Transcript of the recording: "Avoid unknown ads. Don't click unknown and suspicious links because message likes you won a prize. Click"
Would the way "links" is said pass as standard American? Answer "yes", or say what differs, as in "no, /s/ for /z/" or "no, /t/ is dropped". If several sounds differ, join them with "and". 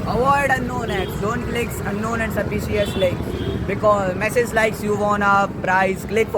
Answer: no, /ŋ/ is dropped